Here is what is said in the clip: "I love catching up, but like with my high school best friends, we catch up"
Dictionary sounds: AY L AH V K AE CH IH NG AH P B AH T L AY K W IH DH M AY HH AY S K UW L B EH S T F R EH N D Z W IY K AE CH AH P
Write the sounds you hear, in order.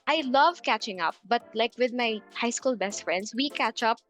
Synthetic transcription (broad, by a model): AY L AH V K AE CH IH NG AH P B AH T L AY K W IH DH M AY HH AY S K UW L B EH S T F R EH N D S W IY K AE CH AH P